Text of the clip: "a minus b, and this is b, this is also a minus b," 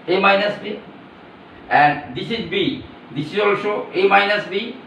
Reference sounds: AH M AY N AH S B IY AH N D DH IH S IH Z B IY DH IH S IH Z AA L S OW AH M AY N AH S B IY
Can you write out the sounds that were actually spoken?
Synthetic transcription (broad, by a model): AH M AY N AH S B IY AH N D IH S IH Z B IY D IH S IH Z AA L SH OW AH M AY N AH S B IY